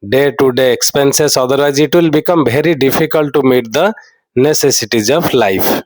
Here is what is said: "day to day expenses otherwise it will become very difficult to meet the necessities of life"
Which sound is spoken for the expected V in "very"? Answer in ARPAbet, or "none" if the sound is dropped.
B